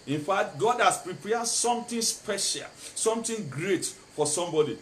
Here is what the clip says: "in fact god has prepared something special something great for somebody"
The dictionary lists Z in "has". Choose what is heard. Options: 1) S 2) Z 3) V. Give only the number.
1